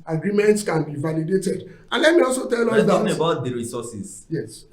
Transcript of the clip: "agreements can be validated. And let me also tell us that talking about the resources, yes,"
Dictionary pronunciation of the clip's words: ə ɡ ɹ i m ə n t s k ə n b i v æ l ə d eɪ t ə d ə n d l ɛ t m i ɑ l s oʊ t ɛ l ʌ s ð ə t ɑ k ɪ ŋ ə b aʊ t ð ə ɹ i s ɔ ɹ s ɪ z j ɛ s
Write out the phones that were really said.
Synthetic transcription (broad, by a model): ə ɡ ɹ i m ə n t s k ə n b i v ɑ l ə d eɪ t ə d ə n l ɛ t m i ɑ l s oʊ t ɛ l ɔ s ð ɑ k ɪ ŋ ə b aʊ t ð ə ɹ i s ɔ s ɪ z j ɛ s